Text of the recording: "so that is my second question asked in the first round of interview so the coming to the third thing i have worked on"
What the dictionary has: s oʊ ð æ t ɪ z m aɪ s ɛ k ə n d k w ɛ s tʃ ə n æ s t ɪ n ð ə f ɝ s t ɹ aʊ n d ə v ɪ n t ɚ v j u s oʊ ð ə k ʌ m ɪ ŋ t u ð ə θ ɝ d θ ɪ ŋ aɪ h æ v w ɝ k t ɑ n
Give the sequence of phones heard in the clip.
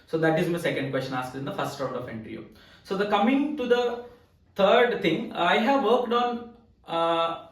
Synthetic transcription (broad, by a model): s oʊ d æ t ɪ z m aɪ s ɛ k ə n d k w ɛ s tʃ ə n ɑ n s ɪ n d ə f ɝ s t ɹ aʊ d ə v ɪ n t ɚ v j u s oʊ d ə k ʌ m ɪ ŋ t u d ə t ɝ d t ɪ ŋ aɪ h æ v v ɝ k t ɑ n